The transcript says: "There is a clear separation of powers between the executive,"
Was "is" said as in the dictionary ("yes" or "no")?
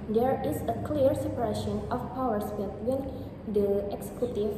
no